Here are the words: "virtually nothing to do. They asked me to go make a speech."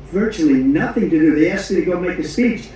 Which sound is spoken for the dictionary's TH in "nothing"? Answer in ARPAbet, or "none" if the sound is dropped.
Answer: TH